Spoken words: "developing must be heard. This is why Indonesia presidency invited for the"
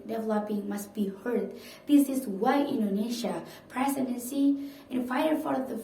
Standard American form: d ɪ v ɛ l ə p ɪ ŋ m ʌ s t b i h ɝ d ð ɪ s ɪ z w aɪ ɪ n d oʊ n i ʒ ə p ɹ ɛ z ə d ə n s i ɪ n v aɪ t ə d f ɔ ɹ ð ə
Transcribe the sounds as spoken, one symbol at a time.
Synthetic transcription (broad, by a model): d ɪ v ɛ l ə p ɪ ŋ m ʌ s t b i h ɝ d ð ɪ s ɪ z w aɪ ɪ n d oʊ n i ʃ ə p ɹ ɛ s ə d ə n s i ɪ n f aɪ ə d f ɔ ɹ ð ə